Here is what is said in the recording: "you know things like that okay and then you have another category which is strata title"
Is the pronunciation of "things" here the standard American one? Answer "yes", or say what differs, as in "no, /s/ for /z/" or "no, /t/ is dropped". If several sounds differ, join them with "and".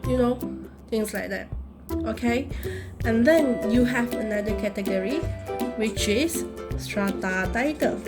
no, /t/ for /θ/ and /s/ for /z/